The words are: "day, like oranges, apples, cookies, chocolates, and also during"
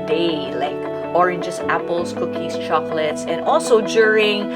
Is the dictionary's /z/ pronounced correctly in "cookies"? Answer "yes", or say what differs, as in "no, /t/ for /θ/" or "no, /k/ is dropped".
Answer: no, /s/ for /z/